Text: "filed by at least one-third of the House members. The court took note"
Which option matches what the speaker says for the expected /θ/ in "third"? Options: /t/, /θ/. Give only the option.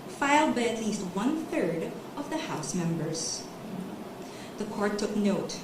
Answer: /θ/